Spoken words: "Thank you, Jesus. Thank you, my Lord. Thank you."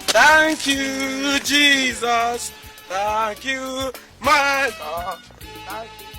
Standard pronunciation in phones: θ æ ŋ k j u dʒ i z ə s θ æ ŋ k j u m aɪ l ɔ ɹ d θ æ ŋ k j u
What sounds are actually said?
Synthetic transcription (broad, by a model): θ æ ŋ k j u dʒ i z ə s θ æ ŋ k j u m aɪ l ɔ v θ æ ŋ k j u